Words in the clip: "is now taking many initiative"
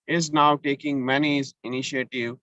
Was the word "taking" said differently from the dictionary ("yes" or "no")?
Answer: no